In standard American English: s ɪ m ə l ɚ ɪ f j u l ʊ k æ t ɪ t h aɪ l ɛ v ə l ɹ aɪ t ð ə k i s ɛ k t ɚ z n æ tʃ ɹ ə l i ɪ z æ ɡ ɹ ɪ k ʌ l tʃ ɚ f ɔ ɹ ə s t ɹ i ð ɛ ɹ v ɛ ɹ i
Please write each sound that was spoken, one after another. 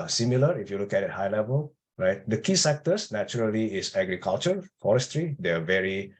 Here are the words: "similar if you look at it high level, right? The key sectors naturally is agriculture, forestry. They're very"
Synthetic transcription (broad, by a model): s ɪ m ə l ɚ ɪ f j u l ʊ k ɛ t ɪ t h aɪ l ɛ v ə l ɹ aɪ t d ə k i s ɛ k t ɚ s n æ tʃ ɹ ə l i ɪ s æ ɡ ɹ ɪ k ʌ l tʃ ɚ f ɔ ɹ ə s t ɹ i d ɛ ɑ v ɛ ɹ i